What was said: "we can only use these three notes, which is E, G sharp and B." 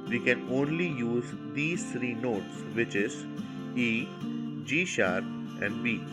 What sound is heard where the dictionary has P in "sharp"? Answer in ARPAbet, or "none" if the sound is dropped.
none